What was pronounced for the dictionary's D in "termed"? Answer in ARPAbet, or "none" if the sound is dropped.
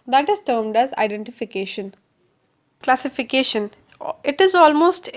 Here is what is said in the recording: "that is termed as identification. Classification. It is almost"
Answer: D